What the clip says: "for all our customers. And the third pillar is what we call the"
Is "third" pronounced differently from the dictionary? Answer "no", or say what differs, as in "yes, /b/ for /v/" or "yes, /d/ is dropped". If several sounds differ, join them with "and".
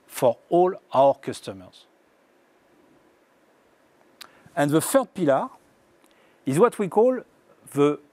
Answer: yes, /f/ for /θ/